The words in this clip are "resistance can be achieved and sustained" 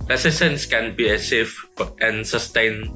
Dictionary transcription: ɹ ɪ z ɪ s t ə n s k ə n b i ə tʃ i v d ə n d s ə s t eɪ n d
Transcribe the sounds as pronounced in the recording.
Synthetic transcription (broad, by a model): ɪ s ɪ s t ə n s k ə n b i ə s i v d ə n s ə s t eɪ n